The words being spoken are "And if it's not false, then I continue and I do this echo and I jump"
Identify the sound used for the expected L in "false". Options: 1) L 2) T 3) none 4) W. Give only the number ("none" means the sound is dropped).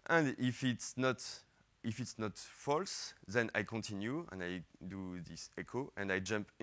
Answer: 1